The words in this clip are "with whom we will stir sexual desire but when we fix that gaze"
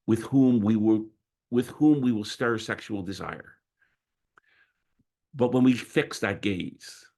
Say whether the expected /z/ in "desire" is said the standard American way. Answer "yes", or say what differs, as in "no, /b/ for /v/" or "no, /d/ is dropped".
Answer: yes